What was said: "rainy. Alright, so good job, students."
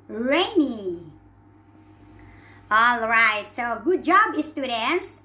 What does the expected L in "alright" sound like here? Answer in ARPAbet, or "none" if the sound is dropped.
L